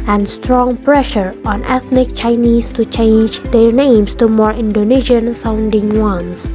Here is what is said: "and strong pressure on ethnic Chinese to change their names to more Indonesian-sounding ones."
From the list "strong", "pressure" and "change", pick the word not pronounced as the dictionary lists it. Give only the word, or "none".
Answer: none